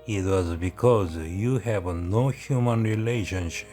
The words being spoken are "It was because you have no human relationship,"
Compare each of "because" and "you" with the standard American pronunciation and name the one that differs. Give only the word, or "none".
none